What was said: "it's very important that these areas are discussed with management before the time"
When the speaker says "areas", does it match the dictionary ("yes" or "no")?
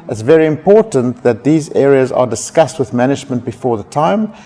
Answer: yes